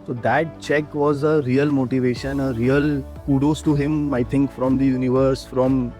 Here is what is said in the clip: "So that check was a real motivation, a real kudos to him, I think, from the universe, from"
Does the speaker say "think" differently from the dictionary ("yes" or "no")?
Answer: yes